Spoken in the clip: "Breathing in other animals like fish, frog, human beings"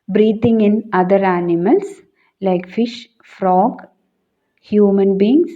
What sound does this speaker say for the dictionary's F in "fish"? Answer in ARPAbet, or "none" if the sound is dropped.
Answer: F